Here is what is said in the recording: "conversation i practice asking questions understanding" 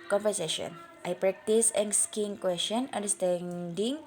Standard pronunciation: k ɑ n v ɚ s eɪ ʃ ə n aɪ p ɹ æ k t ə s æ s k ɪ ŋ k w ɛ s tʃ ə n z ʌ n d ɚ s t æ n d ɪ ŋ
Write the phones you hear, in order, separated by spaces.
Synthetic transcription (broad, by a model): k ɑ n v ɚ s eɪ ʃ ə n aɪ p ɹ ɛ k t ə s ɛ s k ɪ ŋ k w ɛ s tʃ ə n ʌ n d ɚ s t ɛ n d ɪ ŋ